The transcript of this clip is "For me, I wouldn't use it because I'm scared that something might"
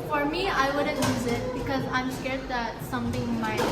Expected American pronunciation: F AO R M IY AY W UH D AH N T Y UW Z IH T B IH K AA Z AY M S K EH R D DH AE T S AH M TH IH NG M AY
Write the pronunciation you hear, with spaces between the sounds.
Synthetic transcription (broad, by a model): F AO R M IY AY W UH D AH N Y UW Z IH T B IH K AA Z AY M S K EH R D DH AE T S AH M T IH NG M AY